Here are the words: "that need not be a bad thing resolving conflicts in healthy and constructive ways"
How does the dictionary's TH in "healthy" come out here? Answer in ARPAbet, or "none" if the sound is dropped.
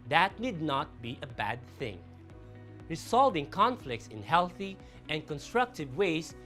TH